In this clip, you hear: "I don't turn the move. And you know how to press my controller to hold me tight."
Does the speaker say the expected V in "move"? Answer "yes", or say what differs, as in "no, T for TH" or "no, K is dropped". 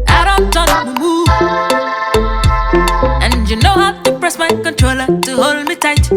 no, V is dropped